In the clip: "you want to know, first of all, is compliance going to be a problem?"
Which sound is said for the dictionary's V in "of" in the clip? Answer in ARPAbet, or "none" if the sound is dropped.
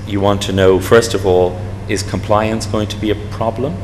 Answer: V